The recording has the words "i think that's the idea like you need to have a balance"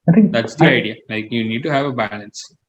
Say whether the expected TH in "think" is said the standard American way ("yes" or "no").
no